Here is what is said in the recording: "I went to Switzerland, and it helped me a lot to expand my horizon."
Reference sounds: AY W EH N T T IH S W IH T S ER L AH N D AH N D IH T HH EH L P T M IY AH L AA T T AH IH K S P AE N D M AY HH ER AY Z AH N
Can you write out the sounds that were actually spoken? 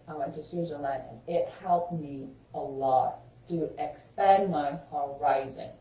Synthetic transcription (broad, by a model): AY W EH N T T IH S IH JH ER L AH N AH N IH T HH EH L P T M IY AH L AA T T AH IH K S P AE N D M AY HH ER AY Z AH N